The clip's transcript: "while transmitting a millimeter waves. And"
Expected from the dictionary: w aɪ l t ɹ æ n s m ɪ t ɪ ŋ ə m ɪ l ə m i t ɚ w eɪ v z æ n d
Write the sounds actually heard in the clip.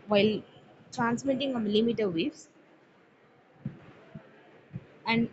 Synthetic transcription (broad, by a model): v aɪ l t ɹ æ n s m ɪ t ɪ ŋ ə m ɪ l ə m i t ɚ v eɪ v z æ n d